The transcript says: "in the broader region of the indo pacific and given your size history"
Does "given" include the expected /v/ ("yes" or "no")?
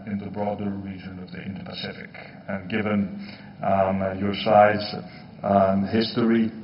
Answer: yes